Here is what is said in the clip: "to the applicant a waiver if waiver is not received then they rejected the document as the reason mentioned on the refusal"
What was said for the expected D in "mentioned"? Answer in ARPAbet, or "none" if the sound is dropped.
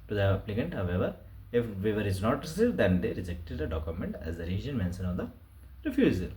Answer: none